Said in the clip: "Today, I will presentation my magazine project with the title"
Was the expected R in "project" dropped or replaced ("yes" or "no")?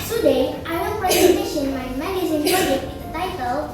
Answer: yes